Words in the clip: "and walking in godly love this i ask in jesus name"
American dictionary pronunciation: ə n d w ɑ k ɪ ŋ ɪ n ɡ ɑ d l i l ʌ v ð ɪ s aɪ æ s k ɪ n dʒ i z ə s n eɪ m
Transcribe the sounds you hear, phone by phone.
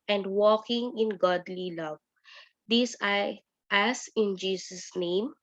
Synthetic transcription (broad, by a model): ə n d w ɑ k ɪ ŋ ɪ n ɡ ɑ d l i l ʌ v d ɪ s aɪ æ s ɪ n dʒ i s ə s n eɪ m